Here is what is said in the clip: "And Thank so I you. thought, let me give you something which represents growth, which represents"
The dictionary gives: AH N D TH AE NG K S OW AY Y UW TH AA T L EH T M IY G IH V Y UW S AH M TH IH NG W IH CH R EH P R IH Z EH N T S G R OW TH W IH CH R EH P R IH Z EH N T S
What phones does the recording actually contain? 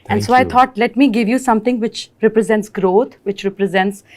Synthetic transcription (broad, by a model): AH N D S OW AY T AA T L EH T M IY G IH V Y UW S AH M T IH NG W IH CH R EH P R IH Z EH N T S G R OW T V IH CH R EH P R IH Z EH N T S